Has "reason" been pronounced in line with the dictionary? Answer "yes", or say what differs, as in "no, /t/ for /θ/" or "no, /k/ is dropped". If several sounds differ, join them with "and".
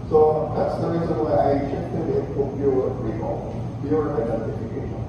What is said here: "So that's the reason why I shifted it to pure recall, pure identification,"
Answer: yes